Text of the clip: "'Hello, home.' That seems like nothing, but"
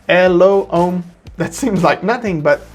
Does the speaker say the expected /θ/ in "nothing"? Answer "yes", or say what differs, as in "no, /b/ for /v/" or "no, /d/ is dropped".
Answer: yes